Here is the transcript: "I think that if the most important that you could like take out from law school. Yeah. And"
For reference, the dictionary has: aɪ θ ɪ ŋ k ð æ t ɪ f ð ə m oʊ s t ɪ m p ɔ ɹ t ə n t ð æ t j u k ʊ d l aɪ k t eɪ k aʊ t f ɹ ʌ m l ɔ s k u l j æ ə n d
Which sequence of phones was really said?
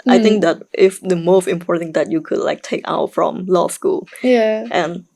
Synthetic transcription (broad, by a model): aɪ t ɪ ŋ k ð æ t ɪ f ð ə m oʊ s t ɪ m p ɔ ɹ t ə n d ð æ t j u k ʊ d l aɪ k t eɪ k aʊ t f ɹ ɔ m l ɔ s k u l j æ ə n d